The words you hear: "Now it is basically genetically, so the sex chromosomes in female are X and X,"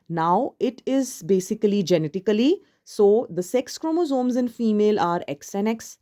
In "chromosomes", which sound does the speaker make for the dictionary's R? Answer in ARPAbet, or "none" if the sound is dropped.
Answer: R